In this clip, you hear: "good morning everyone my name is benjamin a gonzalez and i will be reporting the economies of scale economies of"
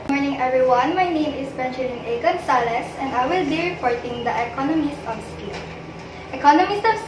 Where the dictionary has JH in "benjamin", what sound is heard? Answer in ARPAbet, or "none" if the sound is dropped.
SH